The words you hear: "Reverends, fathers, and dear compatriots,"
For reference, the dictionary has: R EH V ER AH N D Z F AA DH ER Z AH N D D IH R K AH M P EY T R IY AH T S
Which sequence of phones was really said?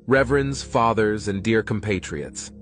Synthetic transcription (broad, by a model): R EH V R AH N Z F AA DH ER Z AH N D D IH R K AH M P EY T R IY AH T S